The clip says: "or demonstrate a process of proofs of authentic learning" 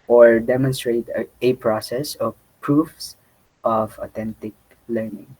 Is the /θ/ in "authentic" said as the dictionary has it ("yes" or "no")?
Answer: no